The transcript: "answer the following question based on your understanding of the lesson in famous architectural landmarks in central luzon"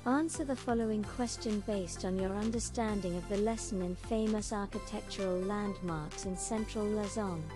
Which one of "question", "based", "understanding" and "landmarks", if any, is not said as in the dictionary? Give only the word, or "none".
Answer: none